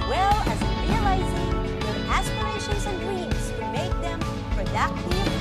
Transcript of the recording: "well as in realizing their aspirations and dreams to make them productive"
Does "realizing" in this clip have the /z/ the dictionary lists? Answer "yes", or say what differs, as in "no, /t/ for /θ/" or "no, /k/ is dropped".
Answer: yes